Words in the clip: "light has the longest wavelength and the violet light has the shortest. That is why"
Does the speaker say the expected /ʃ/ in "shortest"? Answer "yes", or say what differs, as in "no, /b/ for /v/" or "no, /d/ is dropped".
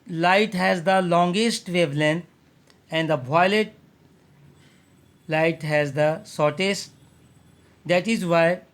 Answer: no, /s/ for /ʃ/